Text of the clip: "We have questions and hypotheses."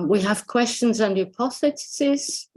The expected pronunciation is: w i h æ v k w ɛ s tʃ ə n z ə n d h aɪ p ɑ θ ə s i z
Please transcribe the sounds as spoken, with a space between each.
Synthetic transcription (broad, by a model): w i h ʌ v k w ɛ s tʃ ə n z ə n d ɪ p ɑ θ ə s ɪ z